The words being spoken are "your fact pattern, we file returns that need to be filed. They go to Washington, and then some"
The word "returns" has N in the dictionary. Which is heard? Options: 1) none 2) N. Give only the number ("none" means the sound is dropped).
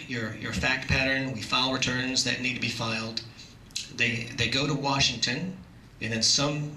2